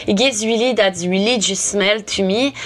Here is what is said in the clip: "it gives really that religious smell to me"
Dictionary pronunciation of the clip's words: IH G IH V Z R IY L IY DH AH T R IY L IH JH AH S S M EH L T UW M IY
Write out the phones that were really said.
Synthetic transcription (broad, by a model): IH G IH Z W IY L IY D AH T W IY L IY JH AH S S M EH L T UW M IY